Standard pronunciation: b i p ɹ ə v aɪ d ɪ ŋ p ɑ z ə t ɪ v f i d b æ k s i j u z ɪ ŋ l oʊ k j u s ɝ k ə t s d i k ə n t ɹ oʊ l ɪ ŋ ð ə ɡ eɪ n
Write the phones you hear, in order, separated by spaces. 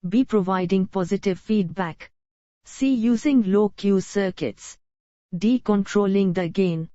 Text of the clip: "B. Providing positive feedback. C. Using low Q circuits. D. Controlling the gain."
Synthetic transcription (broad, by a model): b i p ɹ ə v aɪ d ɪ ŋ p ɑ z ə t ɪ v f i d b æ k s i j u z ɪ ŋ l oʊ k j u s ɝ k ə t s d i k ə n t ɹ oʊ l ɪ ŋ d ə ɡ eɪ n